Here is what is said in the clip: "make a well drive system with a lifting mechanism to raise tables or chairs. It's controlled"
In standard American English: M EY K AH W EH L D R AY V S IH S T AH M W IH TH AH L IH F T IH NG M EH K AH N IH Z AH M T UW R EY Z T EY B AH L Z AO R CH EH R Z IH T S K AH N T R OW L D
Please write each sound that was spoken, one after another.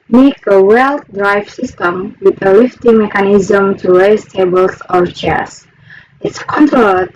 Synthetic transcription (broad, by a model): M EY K AH W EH L D R AY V S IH S T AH M W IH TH AH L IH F T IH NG M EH K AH N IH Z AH M T UW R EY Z T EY B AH L S AO R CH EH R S IH T S K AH N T R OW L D